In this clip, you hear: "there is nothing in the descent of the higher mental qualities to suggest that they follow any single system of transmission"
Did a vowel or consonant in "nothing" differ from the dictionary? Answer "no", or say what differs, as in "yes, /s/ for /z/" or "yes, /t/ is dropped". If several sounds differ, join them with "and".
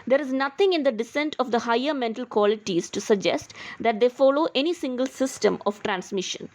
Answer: yes, /t/ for /θ/